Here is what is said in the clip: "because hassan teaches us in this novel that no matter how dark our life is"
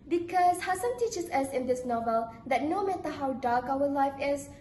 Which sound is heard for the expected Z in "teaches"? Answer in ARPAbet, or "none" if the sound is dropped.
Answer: S